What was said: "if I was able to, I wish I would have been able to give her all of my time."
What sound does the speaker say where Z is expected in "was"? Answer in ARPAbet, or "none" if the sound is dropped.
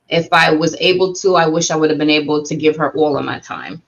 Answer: Z